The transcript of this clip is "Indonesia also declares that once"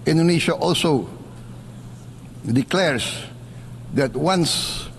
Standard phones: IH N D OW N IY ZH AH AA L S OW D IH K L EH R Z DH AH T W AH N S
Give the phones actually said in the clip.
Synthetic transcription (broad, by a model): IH N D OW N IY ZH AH AA L S OW D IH K L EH R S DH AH T W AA N S